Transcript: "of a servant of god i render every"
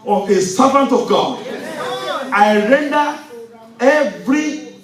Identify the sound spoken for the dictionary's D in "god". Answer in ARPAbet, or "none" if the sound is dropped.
none